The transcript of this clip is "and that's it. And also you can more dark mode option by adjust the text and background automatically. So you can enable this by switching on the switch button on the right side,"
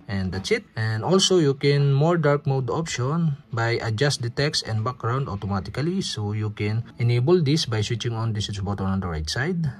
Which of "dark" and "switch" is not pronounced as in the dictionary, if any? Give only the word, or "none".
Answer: switch